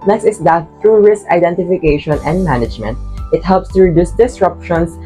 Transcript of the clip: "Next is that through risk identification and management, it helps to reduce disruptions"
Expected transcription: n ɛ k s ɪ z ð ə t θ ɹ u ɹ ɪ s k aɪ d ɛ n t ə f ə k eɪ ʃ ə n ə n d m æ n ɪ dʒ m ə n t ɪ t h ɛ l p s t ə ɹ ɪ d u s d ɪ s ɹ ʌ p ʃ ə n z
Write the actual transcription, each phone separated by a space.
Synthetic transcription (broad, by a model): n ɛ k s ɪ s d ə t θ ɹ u ɹ ɪ s k aɪ d ɛ n t ə f ə k eɪ ʃ ə n ə n d m æ n ɪ dʒ m ə n t ɪ t h ɛ l p s t ə ɹ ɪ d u s d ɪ s ɹ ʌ p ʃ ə n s